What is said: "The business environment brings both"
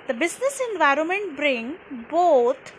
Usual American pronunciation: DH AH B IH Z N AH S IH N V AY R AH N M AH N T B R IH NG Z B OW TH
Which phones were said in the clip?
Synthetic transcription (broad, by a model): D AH B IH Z N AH S IH N V AY R AH N M AH N T B R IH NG B OW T